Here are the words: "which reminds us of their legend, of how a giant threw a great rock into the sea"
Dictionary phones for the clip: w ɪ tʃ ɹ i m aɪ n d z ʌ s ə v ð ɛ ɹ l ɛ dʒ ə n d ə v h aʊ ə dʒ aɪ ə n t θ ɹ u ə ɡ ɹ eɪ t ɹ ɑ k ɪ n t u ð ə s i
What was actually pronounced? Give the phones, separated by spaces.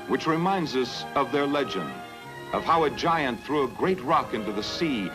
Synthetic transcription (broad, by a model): w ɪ tʃ ɹ i m aɪ n d z ʌ s ə v ð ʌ ɹ l ɛ dʒ ə n d ə v h aʊ ə dʒ aɪ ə n θ ɹ u ə ɡ ɹ eɪ t ɹ ɑ k ɪ n t u ð ə s i